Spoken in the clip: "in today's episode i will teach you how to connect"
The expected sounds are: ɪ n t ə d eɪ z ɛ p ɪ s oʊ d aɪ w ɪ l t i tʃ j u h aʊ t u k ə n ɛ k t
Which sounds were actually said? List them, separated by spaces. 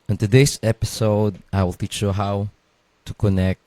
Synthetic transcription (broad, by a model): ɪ n t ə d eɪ s ɛ p ɪ s oʊ d aɪ w ɪ l t i tʃ j u h aʊ t u k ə n ɛ k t